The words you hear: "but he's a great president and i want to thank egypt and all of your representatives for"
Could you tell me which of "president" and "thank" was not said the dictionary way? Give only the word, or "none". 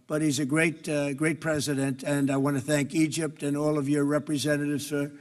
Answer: none